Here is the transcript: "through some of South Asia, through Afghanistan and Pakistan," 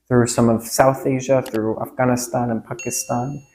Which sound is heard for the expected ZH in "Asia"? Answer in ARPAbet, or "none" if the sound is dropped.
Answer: ZH